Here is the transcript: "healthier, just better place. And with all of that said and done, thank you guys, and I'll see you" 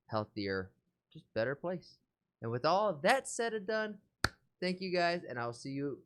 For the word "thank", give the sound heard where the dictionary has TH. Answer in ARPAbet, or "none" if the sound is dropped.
TH